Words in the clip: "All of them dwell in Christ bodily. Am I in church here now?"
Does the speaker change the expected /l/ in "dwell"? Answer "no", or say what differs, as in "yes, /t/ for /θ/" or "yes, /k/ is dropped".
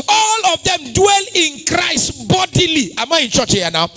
no